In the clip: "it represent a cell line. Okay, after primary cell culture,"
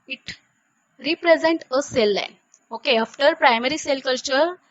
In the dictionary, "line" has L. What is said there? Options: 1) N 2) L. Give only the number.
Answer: 2